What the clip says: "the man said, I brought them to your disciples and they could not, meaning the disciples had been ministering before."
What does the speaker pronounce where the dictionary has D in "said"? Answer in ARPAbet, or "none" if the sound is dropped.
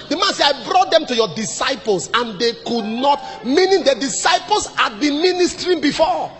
none